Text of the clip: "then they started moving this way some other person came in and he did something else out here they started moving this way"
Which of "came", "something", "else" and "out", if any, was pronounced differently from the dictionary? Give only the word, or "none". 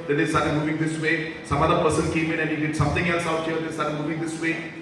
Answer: something